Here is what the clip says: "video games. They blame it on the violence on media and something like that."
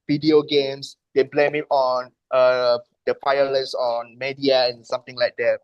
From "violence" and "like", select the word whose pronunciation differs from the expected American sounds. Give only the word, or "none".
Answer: violence